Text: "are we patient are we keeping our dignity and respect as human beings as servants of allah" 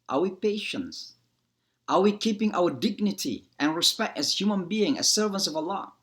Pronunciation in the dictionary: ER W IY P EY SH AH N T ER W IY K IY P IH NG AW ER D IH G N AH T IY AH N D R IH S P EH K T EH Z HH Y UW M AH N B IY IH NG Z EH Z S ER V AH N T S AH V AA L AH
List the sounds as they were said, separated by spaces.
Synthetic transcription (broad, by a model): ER W IY P EY SH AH N T ER W IY K IY P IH NG AW ER D IH G N AH T IY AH N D R IH S P EH K T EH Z HH Y UW M AH N B IY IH NG EH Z S ER V AH N T S AH V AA L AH